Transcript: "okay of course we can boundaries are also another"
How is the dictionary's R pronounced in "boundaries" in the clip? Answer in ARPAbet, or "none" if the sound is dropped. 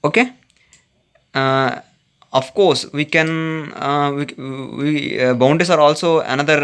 none